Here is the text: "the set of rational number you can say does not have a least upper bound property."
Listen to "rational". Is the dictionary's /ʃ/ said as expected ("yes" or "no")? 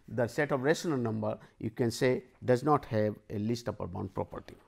no